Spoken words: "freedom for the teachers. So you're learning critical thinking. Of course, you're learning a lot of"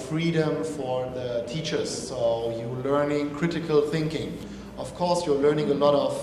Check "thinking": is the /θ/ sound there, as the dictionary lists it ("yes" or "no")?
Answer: yes